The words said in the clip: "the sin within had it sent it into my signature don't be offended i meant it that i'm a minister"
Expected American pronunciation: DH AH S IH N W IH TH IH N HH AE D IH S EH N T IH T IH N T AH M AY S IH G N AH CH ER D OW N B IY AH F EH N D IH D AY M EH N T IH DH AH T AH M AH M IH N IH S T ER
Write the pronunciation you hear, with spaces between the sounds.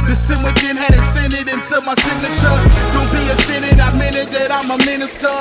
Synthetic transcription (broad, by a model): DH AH S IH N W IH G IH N HH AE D IH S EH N IH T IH N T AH M AY S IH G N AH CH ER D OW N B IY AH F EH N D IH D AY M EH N IH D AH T AH M AH M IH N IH S T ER